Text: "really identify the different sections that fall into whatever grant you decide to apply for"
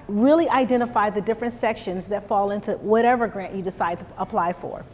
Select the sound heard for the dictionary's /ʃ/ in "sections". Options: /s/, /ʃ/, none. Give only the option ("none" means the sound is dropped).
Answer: /ʃ/